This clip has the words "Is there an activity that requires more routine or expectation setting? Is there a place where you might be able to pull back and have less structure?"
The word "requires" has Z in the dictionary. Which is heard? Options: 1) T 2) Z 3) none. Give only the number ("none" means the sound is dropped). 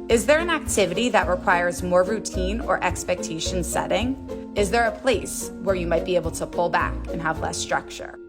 2